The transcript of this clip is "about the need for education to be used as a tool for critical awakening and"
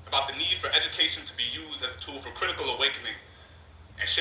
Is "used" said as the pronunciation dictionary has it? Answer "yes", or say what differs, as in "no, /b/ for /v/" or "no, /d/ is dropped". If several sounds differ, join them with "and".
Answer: yes